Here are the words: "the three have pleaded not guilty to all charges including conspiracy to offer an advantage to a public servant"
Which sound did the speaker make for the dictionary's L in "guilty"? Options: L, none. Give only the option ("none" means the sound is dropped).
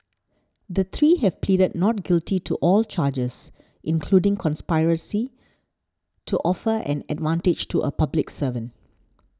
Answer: L